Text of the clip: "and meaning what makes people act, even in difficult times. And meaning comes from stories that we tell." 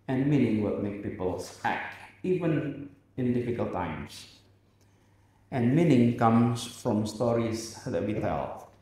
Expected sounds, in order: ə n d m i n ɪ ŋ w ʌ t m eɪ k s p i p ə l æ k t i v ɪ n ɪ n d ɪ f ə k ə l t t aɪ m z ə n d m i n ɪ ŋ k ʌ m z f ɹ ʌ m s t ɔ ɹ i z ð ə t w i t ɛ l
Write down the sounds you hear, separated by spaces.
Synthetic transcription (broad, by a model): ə n m i n ɪ ŋ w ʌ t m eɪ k p i p ə l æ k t i v ɪ n ɪ n d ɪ f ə k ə l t t aɪ m s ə n m i n ɪ ŋ k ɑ m s f ɹ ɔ m s t ɔ ɹ i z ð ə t w i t ɛ l